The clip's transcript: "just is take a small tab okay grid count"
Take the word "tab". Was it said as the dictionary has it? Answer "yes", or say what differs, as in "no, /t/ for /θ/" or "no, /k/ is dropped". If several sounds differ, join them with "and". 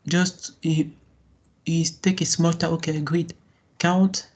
no, /b/ is dropped